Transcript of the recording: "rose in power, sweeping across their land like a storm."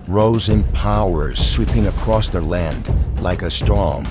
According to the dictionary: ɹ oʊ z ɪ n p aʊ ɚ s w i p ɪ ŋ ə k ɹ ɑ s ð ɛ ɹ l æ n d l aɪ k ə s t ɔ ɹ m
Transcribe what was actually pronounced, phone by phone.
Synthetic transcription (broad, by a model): ɹ oʊ z ɪ n p aʊ ɚ s w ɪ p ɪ ŋ ə k ɹ ɑ s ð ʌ ɹ l æ n d l aɪ k ə s t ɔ ɹ m